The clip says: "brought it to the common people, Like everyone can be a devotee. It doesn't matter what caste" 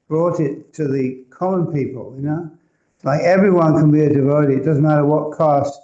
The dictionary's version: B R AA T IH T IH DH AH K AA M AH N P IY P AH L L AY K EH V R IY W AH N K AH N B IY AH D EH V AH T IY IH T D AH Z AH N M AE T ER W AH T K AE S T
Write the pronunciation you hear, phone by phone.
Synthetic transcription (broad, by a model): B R AA T IH T IH DH AH K AA M AH N P IY P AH N L AY K EH V R IY W AH N K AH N B IY AH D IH V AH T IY IH T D AH Z N M AE T ER W AH T K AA S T